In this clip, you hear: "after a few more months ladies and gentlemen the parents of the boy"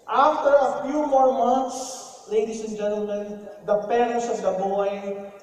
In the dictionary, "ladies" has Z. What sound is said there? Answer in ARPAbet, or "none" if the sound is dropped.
S